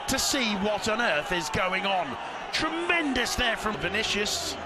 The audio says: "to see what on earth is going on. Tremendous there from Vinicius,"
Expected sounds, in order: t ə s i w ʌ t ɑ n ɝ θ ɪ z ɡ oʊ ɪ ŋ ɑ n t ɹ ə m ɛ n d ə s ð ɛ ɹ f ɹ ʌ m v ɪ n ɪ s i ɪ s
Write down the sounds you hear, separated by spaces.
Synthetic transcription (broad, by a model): t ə s i w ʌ t n ɝ θ ɪ z ɡ oʊ ɪ ŋ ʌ n t ɹ ə m ɛ n d ə s ð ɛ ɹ f ɹ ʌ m v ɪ n ɪ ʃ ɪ s